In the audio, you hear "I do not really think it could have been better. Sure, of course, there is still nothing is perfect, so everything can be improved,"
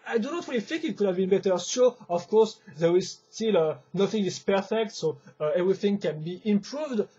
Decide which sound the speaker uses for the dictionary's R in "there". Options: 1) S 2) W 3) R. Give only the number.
3